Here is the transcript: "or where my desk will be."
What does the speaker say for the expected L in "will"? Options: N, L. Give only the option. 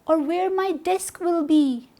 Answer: L